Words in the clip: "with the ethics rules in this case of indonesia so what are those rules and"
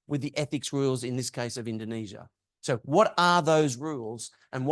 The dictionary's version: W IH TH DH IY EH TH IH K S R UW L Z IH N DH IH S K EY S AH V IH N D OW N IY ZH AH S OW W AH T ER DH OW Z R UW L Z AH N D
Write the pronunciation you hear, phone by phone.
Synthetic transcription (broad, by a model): W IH DH IY EH TH IH K S R UW L Z IH N DH IH S K EY S AH V IH N D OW N IY ZH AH S OW W AH T ER DH OW Z R UW L Z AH N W